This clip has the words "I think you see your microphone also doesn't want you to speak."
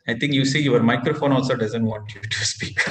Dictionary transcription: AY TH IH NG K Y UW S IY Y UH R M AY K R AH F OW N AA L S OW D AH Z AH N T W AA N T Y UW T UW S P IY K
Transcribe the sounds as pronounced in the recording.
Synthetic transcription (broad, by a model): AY T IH NG K Y UW S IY Y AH R M AY K R AH F OW N AA L S OW D AH Z AH N T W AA N T Y UW T UW S P IY K